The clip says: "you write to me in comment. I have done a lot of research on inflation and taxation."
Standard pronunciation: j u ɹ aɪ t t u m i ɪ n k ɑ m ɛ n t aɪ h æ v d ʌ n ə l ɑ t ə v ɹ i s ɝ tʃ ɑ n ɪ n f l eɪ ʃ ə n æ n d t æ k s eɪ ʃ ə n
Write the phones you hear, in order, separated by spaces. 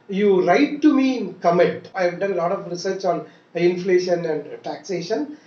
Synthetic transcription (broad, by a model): j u ɹ aɪ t t u m i ɪ n k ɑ m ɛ t aɪ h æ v d ʌ n l ɑ t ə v ɹ i s ɝ tʃ ɑ n ɪ n f l eɪ ʃ ə n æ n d t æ k s eɪ ʃ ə n